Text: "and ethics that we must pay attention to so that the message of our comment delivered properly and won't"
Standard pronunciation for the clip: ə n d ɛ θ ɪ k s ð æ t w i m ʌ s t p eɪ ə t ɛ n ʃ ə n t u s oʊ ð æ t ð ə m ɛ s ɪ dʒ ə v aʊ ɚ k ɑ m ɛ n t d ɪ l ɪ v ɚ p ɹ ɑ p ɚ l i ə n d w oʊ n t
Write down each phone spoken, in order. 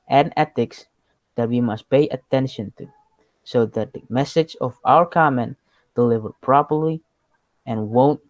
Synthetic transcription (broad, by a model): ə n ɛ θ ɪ k s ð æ t w i m ʌ s t p eɪ ə t ɛ n ʃ ə n t u s oʊ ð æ t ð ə m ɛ s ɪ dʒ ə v aʊ ɚ k ɑ m ɛ n t d ɪ l ɪ v ɚ p ɹ ɑ p ɚ l i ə n w oʊ n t